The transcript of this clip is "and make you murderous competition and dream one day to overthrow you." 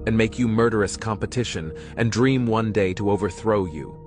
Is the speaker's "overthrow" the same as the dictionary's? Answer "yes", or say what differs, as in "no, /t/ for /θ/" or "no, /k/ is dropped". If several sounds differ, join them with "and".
yes